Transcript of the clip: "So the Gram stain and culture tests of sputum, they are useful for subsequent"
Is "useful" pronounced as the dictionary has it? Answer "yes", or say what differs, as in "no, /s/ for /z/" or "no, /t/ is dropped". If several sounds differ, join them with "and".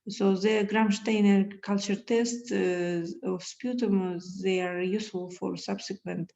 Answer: no, /f/ is dropped